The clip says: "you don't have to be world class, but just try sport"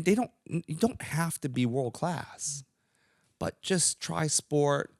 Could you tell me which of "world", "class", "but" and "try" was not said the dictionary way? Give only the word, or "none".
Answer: none